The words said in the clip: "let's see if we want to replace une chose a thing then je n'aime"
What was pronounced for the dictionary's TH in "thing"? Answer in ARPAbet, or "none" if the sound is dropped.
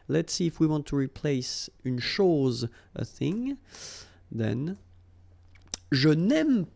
TH